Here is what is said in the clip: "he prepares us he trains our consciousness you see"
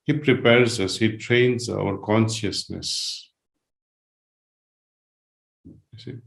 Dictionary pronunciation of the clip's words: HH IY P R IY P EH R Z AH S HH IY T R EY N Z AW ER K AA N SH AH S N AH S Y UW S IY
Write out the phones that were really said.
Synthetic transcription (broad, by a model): HH IY P R IY P EH R Z AH S HH IY T R EY N Z AW ER K AA N SH AH S N AH S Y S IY